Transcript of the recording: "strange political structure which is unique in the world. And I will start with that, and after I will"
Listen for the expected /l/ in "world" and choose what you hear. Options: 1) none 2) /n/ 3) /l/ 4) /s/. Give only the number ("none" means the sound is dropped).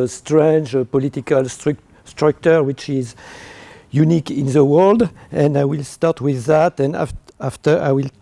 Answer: 3